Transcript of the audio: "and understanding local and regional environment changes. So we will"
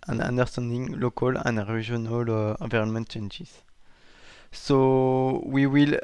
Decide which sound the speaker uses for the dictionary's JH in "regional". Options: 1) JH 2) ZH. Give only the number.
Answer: 2